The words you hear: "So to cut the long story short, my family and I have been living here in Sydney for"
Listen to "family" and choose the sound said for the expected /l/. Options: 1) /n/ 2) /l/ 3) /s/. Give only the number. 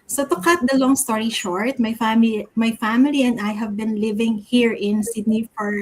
2